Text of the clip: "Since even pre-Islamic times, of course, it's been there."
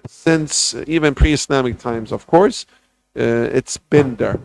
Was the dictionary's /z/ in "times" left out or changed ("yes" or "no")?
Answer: no